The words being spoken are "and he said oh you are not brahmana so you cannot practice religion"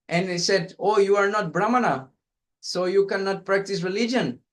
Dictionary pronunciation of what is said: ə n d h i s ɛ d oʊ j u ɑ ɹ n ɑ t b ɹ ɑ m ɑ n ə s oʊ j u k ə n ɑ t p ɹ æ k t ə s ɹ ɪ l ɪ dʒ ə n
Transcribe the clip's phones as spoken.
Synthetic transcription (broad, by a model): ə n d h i s ɛ d oʊ j u ɑ ɹ n ɑ t b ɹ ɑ m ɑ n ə s oʊ j u k ə n ɑ t p ɹ æ k t ə s ɹ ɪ l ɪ dʒ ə n